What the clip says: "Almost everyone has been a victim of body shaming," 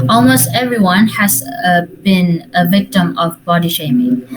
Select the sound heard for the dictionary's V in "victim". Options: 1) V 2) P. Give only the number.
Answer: 1